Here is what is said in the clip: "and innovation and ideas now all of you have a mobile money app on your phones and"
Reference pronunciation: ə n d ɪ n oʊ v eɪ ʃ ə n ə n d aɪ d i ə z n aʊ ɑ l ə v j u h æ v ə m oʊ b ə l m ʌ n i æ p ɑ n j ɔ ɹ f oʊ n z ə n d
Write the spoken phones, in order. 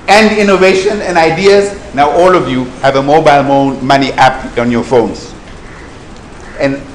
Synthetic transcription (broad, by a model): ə n d ɪ n oʊ v eɪ ʃ ə n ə n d aɪ d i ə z n aʊ ɑ l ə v j u h æ v ə m oʊ b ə l m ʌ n i æ p ɑ n j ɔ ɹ f oʊ n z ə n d